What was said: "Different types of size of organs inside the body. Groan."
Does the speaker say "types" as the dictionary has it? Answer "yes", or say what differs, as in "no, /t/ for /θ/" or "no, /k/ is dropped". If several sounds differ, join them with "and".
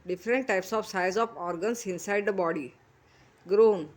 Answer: yes